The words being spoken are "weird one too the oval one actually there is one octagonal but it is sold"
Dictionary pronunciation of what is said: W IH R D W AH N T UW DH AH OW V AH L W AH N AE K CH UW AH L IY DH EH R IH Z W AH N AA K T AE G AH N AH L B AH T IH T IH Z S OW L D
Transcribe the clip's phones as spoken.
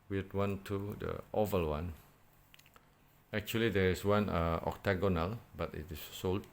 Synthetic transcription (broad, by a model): W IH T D W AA N T UW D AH OW V AH L W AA N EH K CH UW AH L IY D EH R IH S W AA N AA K T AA G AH N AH L B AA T IH T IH S OW L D